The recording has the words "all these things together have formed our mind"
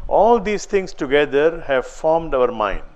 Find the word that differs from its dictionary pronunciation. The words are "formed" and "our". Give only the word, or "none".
none